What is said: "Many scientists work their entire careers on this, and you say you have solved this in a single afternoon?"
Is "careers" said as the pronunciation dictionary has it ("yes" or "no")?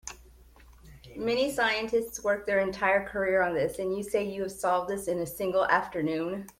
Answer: no